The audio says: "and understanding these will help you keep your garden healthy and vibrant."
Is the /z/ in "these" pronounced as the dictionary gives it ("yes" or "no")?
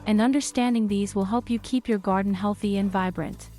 yes